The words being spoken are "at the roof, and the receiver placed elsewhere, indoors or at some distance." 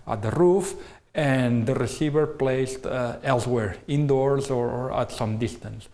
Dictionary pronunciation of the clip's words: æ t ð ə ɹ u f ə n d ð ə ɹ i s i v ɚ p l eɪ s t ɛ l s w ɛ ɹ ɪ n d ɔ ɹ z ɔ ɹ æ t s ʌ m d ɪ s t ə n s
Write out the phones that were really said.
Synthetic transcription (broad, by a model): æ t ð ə ɹ u f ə n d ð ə ɹ i s i v ɚ p l eɪ s t ɛ l s w ɛ ɹ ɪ n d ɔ ɹ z ɔ ɹ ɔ t s ʌ m d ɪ s t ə n s